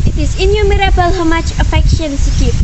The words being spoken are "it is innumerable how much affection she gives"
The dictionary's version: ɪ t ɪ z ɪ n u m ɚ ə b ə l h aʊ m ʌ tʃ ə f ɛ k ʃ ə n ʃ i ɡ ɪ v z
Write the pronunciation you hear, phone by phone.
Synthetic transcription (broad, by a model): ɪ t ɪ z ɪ n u m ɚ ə b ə l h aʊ m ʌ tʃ ə f ɛ k ʃ ə n s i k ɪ